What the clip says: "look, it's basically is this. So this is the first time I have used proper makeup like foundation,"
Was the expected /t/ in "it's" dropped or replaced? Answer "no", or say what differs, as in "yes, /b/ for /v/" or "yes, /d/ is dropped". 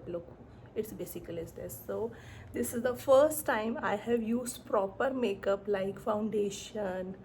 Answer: no